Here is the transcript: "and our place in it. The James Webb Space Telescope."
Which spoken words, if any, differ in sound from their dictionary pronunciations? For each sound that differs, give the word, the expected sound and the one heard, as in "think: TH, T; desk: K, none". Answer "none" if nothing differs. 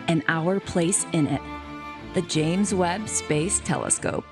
none